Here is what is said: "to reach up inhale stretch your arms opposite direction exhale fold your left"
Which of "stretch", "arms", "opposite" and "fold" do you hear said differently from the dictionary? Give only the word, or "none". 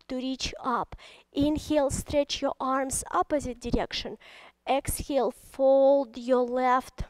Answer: none